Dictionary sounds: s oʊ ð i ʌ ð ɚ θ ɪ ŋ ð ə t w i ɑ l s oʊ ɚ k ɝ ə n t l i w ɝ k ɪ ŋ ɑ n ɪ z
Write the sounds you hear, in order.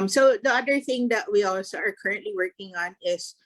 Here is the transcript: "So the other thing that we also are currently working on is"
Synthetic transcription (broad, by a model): s oʊ ð i ʌ ð ɚ θ ɪ ŋ ð ə t w i ɑ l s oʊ ɚ k ɝ ə n t l i w ɝ k ɪ ŋ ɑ n ɪ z